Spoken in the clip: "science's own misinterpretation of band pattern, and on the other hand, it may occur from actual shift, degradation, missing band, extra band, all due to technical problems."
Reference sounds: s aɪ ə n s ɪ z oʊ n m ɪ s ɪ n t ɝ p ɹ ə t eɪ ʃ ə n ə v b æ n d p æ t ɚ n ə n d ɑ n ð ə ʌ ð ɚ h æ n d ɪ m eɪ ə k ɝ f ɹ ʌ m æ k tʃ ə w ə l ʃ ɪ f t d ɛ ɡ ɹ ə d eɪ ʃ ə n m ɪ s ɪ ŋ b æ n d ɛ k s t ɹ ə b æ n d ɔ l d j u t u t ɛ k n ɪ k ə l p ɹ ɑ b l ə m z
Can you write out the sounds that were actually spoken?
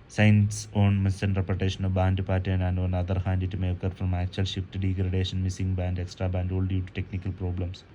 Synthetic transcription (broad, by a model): s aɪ n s oʊ n m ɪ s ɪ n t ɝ p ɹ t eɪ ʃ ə n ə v b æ n d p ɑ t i ə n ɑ n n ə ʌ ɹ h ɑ n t ɪ m eɪ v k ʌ f ɹ ʌ m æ k tʃ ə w ə l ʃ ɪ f t d ɛ ɡ ɹ ə d eɪ ʃ ə n m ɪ s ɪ ŋ b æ n d ɛ k s t ɹ ə b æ n d ɔ l d j u t u t ɛ k n ɪ k ə l p ɹ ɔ b l ə m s